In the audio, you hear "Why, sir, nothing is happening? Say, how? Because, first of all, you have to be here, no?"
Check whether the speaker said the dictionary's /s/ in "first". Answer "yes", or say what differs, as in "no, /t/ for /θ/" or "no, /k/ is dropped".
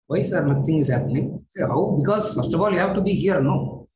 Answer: yes